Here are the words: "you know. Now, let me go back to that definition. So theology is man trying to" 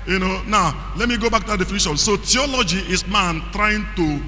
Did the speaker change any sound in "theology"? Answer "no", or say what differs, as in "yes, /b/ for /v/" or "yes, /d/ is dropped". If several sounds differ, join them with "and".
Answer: yes, /t/ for /θ/